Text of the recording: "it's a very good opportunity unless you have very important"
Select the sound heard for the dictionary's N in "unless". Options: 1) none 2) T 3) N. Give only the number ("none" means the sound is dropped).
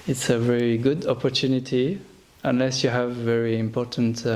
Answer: 3